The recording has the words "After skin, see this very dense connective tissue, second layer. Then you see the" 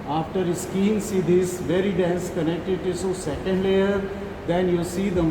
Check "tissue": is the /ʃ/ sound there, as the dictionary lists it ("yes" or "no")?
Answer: no